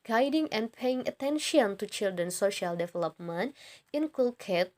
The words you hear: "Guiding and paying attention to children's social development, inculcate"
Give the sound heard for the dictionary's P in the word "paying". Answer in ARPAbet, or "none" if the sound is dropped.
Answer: P